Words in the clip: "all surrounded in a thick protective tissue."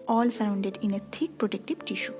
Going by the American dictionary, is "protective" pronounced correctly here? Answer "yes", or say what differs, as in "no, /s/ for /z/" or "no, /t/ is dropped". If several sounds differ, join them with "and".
no, /b/ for /v/